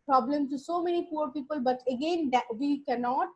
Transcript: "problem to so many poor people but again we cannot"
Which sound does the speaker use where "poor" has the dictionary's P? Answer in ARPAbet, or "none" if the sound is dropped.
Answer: P